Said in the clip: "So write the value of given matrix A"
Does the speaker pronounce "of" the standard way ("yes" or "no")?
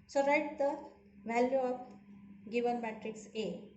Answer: no